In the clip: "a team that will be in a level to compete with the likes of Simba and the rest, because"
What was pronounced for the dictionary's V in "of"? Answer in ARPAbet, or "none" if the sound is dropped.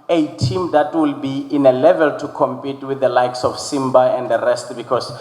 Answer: F